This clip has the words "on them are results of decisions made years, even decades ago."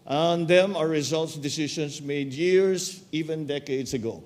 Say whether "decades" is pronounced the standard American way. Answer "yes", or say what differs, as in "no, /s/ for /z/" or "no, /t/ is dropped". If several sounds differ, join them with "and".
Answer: no, /s/ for /z/